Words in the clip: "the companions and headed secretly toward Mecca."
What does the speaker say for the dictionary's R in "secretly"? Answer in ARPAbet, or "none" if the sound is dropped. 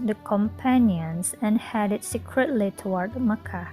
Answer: R